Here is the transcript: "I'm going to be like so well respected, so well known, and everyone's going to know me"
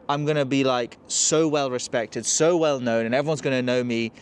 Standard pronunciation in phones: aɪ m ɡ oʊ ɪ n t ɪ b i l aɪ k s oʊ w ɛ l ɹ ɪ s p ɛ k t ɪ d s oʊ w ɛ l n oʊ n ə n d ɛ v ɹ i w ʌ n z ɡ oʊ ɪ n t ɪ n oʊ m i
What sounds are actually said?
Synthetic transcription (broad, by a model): aɪ m ɡ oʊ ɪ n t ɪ b i l aɪ k s oʊ w ɛ l ɹ ɪ s p ɛ k t ɪ d s oʊ w ɛ l n oʊ n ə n ɛ v ɹ i w ʌ n z ɡ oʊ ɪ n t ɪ n oʊ m i